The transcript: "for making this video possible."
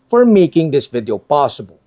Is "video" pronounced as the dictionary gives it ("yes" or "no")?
yes